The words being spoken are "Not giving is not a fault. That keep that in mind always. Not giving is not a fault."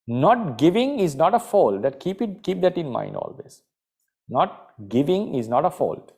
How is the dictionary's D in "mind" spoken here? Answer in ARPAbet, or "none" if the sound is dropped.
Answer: D